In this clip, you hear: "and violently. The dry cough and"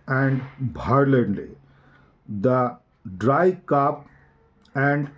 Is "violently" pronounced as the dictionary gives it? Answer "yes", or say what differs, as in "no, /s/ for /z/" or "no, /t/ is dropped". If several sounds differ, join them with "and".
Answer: no, /b/ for /v/